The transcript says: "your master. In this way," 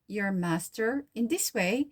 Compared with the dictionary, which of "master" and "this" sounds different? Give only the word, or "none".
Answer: none